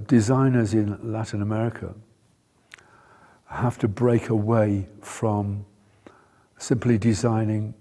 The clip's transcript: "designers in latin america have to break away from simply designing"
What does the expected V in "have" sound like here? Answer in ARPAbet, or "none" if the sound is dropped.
F